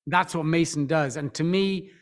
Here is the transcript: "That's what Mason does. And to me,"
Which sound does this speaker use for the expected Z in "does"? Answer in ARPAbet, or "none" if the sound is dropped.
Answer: Z